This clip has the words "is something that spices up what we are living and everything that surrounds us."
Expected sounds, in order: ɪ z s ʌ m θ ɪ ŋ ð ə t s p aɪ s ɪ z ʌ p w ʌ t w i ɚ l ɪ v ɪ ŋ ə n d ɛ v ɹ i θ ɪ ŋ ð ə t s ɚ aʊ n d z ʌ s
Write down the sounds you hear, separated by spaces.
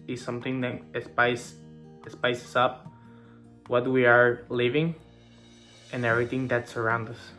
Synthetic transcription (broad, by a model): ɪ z s ʌ m θ ɪ ŋ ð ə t s p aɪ s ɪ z ʌ p w ʌ t w i ɚ l ɪ v ɪ ŋ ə n ɛ v ɹ i θ ɪ ŋ ð ə t s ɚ aʊ n d ʌ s